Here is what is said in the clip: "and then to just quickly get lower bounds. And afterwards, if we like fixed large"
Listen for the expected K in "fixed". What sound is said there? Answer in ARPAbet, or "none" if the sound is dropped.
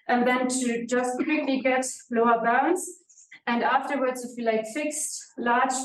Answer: K